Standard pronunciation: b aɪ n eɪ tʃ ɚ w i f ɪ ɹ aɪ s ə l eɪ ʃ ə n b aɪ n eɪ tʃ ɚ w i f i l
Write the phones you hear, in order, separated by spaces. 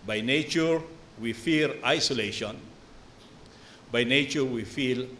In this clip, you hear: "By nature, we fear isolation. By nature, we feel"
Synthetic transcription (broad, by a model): b aɪ n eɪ tʃ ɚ w i f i l aɪ s ə l eɪ ʃ ə n b aɪ n eɪ tʃ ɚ w i f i l